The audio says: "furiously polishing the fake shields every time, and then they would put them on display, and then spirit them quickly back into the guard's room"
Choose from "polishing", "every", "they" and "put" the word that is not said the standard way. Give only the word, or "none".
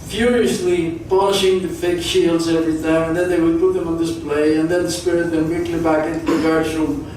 polishing